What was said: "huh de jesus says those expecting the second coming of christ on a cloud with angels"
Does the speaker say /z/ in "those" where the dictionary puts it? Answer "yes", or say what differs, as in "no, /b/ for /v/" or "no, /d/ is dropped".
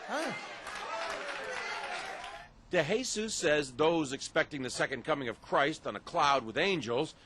yes